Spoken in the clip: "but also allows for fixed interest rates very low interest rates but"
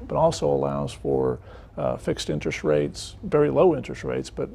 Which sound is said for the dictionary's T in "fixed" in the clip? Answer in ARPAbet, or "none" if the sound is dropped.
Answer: T